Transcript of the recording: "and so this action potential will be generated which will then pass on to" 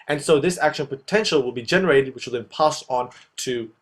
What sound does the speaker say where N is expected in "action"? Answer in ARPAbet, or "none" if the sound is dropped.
N